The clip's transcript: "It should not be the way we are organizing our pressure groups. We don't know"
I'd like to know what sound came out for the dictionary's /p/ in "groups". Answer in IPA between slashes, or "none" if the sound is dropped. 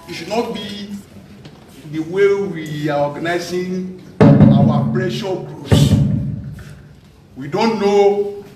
none